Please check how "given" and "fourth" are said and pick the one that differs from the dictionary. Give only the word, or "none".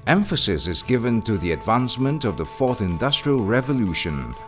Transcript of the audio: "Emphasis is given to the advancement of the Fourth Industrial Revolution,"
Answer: none